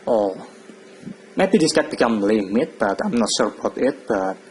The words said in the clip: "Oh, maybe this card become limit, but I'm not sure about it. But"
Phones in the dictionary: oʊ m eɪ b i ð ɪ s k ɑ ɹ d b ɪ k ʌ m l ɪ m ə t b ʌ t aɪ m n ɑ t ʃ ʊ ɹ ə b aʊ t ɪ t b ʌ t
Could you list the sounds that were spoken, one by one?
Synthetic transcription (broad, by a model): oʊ m eɪ b i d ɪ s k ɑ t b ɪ k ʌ m l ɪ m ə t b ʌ t aɪ m n ɑ t s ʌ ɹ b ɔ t ɪ t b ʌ t